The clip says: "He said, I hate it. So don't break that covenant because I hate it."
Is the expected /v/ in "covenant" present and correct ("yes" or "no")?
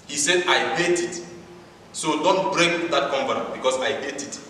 no